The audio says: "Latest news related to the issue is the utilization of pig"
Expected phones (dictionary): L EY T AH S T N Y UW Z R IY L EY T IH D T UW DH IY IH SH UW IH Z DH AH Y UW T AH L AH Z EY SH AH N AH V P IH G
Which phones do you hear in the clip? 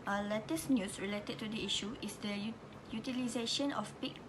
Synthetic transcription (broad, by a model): L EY T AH S N Y UW S R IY L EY T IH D T UW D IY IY SH UW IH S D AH Y UW T AH L AH Z EY SH AH N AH F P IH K